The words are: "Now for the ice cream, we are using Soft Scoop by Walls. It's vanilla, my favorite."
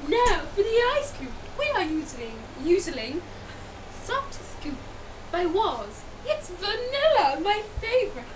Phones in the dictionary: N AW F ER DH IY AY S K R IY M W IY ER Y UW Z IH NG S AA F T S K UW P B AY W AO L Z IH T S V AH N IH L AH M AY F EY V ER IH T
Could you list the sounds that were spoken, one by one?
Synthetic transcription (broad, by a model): N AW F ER DH IY AY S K L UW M W IY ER Y UW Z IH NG S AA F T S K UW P B AY W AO Z IH T S V AH N IH L AH M AY F EY V ER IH T